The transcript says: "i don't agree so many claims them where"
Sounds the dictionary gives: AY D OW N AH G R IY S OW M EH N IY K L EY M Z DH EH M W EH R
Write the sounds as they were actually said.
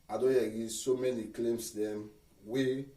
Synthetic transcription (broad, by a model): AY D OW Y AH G IY S OW M EH N IY K L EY M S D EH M W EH